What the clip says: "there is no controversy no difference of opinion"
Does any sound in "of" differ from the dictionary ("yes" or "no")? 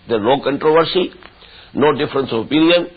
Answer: yes